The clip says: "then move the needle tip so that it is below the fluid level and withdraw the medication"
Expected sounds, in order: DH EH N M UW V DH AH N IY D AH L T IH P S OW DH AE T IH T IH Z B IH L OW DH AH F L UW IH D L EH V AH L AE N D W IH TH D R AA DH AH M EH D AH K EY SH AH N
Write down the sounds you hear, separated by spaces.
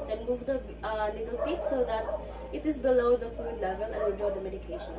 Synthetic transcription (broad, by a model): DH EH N M UW V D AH L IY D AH L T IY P S OW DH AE T IH T IH Z B IH L OW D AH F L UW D L EH V AH L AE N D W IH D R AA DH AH M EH D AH K EY SH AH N